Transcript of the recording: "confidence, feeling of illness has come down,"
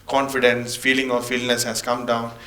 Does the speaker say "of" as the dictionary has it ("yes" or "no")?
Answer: no